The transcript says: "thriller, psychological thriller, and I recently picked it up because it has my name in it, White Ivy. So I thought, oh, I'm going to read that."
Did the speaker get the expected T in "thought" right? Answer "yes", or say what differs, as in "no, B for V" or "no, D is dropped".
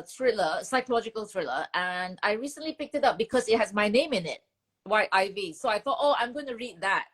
yes